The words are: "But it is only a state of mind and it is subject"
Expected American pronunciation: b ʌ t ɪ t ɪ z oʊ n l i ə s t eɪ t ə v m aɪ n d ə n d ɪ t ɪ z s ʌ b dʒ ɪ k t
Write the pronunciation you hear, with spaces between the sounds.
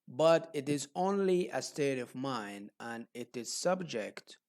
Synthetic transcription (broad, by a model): b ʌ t ɪ t ɪ z oʊ n l i ə s t eɪ t ə v m aɪ n d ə n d ɪ t ɪ z s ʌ b dʒ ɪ k t